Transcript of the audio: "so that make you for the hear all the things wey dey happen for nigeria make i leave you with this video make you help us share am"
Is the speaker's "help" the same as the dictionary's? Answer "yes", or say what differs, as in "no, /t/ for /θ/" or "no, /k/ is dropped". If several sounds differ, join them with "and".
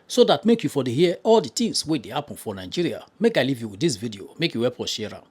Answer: no, /l/ is dropped